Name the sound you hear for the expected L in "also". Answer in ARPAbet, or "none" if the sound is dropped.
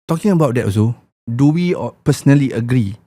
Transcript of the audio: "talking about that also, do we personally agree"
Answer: none